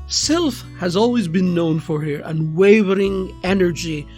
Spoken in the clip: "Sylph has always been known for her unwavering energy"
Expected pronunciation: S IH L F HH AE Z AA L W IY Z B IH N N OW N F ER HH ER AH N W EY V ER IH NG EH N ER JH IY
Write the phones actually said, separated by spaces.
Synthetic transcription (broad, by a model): S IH L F HH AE Z AA L W IY Z B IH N N OW N F ER HH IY AH N W EY V ER IH NG EH N ER JH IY